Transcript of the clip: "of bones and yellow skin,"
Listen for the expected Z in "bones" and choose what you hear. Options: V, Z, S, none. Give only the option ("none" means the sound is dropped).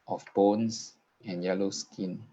S